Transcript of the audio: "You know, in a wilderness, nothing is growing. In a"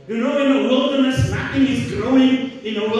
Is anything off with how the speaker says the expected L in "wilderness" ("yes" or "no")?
no